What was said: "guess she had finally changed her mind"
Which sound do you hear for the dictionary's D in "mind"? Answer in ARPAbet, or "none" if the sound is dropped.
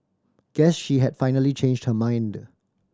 D